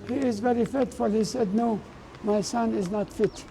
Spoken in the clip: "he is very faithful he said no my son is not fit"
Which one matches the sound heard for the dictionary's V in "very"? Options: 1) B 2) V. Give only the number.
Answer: 2